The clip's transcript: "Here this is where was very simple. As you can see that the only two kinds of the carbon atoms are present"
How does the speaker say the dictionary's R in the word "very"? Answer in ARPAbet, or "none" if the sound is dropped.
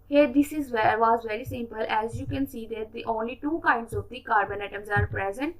R